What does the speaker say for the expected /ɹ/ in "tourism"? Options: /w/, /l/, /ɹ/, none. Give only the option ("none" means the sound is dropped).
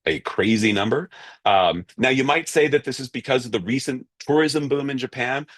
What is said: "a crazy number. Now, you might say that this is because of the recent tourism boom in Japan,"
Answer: /ɹ/